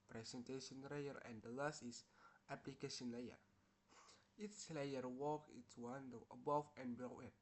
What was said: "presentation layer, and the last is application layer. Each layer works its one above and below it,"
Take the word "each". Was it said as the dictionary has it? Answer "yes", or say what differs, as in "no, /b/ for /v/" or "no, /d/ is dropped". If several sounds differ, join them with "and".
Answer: no, /s/ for /tʃ/